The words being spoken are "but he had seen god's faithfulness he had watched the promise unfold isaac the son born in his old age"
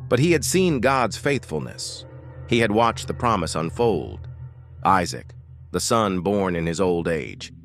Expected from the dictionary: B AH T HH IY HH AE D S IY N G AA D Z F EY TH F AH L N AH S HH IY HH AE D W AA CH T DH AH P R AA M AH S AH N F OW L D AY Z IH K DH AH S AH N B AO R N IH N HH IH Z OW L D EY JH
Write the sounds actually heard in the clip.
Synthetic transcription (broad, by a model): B AH T HH IY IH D S IY N G AA D Z F EY TH F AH L N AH S HH IY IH D W AA CH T DH AH P R AA M AH S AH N F OW L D AY Z IH K DH AH S AH N B AO R N IH N IH Z OW L D EY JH